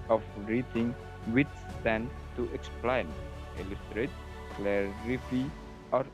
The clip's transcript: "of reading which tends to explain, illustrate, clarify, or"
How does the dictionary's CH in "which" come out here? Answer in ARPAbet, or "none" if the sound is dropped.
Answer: S